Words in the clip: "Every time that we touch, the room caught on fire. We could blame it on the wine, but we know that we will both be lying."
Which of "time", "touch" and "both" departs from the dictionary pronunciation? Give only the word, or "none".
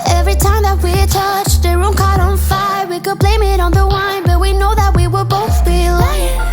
none